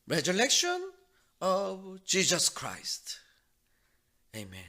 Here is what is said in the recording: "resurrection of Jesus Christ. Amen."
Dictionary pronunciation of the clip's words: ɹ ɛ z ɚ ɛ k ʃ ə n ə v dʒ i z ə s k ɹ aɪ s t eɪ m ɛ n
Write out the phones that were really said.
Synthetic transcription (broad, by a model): ɹ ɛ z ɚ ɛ k ʃ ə n ə v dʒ i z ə s k ɹ aɪ s t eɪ m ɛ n